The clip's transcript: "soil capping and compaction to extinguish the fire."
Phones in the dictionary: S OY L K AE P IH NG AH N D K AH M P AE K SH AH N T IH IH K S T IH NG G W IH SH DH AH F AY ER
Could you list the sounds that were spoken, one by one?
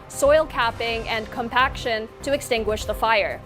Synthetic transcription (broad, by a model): S OY L K AE P IH NG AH N K AH M P AE K SH AH N T IH IH K S T IH NG G W IH SH DH AH F AY ER